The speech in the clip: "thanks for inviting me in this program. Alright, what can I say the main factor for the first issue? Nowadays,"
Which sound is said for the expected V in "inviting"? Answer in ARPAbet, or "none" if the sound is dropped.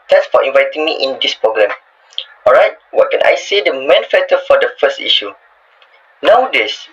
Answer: V